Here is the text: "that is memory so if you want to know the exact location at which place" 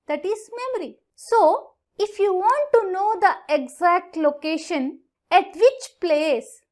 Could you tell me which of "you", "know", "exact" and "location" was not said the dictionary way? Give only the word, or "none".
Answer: none